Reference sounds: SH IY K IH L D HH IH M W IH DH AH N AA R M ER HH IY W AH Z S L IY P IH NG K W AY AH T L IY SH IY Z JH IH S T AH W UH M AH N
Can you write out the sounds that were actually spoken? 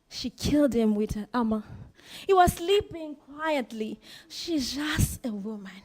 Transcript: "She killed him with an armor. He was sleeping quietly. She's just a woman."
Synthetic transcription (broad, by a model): SH IY K IH L D HH IH M W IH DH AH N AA M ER HH IY W AH Z S L IY P IH NG K W AY AH T L IY SH IY Z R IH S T AH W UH M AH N